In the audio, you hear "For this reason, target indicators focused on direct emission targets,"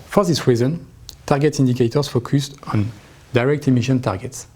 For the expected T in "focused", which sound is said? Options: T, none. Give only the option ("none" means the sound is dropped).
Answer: T